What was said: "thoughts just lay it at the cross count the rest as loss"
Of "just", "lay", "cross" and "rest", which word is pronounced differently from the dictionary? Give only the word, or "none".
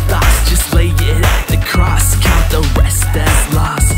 rest